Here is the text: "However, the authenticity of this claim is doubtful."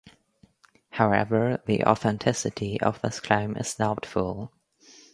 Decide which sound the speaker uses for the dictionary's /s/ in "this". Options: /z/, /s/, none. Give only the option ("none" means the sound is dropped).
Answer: /s/